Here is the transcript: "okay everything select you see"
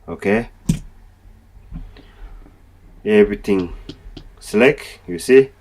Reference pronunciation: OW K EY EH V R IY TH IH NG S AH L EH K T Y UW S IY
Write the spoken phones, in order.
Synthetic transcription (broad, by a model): OW K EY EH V R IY T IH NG S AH L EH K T Y UW S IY